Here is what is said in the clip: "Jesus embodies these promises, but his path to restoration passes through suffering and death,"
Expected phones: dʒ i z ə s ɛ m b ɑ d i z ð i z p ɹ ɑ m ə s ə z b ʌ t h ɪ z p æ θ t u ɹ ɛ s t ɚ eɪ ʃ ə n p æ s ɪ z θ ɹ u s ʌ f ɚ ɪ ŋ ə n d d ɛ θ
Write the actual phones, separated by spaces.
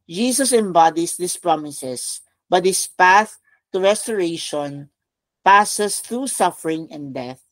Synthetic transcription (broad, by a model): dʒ i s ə s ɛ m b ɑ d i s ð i s p ɹ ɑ m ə s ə s b ʌ t h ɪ s p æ θ t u ɹ ɛ s t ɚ eɪ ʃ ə n p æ s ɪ s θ ɹ u s ʌ f ɚ ɪ ŋ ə n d d ɛ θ